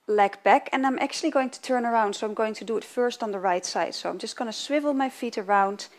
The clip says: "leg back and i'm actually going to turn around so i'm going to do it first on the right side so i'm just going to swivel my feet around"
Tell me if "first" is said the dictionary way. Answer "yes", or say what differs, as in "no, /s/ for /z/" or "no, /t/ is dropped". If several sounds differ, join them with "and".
yes